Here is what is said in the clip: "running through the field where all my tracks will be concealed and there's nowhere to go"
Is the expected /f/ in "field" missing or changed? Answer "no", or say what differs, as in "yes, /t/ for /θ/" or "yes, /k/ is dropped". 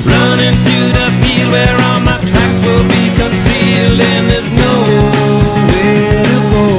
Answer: yes, /p/ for /f/